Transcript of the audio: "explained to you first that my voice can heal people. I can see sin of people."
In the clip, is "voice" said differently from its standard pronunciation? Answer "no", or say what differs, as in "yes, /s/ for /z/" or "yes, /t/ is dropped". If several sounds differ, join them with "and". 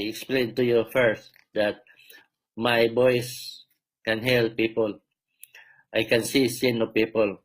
yes, /b/ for /v/